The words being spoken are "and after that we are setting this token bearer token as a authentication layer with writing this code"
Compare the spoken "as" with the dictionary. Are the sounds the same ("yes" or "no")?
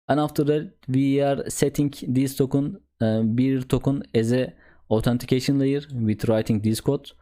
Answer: yes